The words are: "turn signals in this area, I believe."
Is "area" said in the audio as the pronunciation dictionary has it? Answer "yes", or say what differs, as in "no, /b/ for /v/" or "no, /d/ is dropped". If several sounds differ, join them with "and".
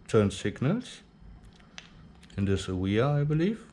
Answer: no, /w/ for /ɹ/